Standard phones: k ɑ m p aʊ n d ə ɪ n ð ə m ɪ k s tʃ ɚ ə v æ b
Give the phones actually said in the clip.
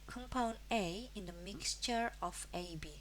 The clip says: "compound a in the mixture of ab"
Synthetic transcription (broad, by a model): k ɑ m p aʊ n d ə ɪ n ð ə m ɪ k s tʃ ɚ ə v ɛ b